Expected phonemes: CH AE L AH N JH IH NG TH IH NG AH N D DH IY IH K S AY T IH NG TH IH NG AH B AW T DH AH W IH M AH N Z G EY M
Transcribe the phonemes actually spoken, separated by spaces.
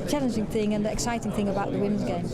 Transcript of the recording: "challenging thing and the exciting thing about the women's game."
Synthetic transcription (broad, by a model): CH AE L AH N JH IH NG TH IH NG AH N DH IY IH K S AY T IH NG TH IH NG AH B AW T DH AH W IH M AH N Z G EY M